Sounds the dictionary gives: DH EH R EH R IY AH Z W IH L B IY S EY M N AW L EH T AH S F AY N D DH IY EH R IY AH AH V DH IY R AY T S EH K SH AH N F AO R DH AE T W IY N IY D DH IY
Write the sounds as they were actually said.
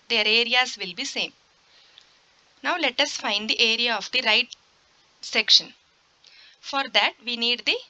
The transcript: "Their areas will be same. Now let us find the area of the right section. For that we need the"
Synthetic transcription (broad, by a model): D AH R EH R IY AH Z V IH L B IY S EY M N AW L EH T AH S F AY N D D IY EH R IY AH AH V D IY R AY T S EH K SH AH N F AO R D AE T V IY N IY D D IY